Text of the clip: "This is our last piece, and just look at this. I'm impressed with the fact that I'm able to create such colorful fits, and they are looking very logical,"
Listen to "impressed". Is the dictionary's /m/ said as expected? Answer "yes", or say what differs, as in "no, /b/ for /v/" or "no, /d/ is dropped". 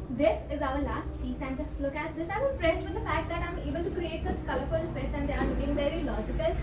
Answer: no, /m/ is dropped